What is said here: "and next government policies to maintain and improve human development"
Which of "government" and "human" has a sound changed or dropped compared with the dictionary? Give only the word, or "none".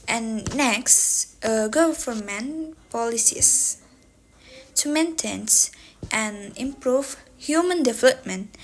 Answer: government